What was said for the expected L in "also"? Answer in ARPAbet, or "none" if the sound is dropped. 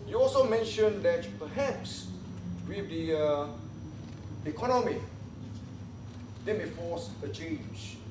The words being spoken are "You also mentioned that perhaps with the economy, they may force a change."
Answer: L